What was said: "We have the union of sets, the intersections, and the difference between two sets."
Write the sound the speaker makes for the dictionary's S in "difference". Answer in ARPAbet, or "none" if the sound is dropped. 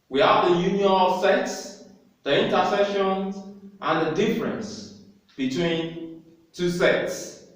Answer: S